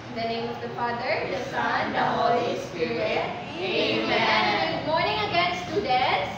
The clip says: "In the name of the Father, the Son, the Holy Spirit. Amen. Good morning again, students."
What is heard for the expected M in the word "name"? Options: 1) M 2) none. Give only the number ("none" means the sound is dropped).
1